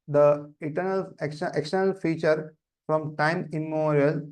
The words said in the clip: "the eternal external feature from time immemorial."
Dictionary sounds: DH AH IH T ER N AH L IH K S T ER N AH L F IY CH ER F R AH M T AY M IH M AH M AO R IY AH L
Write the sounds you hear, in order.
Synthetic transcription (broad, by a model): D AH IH T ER N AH L IH K S T ER N AH L F IY CH ER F R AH M T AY IH M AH M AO R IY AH L